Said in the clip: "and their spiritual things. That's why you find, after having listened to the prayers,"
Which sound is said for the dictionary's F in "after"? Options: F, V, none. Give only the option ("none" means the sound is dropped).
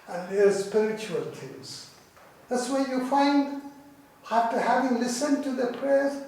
none